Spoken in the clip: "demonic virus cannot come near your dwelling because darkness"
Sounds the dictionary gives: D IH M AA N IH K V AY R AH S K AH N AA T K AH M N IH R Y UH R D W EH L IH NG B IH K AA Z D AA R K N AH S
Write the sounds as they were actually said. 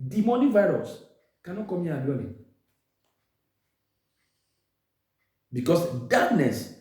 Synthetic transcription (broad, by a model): D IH M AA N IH V AY R AH S K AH N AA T K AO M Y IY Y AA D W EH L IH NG B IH K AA S D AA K N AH S